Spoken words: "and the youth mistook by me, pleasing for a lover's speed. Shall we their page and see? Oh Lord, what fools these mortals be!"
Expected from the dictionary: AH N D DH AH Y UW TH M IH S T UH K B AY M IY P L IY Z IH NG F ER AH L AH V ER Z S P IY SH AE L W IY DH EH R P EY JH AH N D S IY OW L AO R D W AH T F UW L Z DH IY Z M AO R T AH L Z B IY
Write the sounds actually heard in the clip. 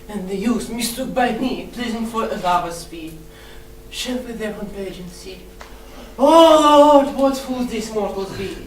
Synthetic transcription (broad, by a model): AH N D DH AH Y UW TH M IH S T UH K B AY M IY P L IY Z IH NG F ER AH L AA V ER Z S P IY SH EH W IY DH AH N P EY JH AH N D S IY OW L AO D W AH T F UW L Z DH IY S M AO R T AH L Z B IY